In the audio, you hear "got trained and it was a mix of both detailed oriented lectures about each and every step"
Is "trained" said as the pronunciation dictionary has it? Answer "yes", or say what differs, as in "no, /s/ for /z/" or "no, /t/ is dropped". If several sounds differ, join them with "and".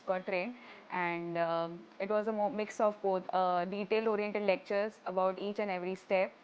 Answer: no, /d/ is dropped